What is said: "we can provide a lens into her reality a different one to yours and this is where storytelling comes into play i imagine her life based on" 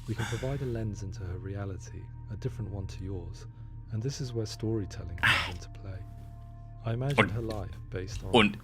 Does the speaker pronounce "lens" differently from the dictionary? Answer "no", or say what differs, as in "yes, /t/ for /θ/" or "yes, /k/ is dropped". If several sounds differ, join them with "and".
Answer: no